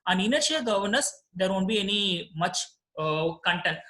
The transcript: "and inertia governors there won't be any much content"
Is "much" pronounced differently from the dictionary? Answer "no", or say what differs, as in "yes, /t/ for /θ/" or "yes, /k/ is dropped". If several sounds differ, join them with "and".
no